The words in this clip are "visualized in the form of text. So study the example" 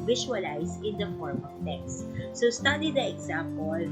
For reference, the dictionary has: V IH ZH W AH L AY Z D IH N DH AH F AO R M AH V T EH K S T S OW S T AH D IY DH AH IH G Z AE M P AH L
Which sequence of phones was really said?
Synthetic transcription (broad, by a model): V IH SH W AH L AY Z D IH N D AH F AO R M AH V T EH K S T S OW S T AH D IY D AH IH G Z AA M P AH L